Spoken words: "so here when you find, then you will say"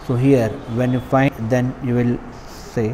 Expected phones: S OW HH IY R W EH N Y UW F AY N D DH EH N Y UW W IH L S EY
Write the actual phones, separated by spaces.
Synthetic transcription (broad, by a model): S OW HH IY R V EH N Y UW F AY D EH N Y UW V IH L S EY